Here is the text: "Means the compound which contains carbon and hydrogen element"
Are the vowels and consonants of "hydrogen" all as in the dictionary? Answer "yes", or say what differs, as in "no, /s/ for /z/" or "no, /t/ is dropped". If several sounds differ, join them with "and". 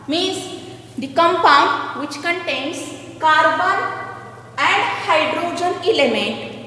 yes